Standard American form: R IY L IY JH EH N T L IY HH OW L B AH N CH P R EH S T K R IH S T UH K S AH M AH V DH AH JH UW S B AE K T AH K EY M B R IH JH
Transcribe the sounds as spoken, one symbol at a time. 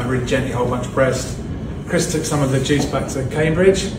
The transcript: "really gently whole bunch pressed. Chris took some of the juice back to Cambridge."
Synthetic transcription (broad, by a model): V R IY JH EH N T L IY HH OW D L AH N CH B R EH S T K R IH S T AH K S AH M AH V DH AH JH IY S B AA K S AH K EY M B R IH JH